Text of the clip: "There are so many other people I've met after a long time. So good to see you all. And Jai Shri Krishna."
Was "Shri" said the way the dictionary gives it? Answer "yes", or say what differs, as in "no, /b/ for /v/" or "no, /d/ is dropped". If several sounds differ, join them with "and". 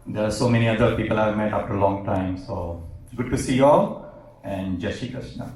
no, /ɹ/ is dropped